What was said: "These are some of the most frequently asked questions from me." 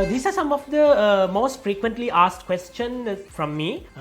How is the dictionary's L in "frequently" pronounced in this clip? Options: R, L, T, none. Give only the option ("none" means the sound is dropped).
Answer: L